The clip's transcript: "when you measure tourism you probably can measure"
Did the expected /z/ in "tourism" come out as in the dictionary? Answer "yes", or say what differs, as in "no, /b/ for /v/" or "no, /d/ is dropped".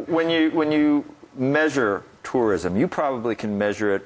yes